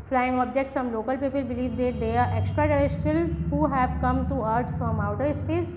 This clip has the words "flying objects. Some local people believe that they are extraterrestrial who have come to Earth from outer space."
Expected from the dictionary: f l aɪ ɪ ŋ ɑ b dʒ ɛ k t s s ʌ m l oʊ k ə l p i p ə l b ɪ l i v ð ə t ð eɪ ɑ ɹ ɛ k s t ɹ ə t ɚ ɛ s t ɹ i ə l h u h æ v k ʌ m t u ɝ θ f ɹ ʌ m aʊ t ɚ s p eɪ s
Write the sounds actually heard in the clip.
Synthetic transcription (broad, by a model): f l aɪ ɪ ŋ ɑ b dʒ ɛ k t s s ʌ m l oʊ k ə l p i p ə l b ɪ l i v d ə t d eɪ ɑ ɹ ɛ k s t ɹ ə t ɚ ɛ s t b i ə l h u h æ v k ʌ m t u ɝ t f ɹ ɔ m aʊ t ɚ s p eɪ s